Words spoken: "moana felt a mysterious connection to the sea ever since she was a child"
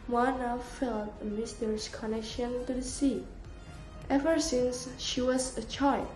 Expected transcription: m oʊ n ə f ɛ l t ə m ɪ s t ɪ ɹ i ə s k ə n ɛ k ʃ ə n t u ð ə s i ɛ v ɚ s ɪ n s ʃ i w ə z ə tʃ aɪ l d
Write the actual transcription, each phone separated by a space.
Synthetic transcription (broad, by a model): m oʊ n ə f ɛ l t ə m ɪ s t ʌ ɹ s k ə n ɛ k ʃ ə n t u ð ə s i ɛ v ɚ s ɪ n s ʃ i w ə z ə tʃ aɪ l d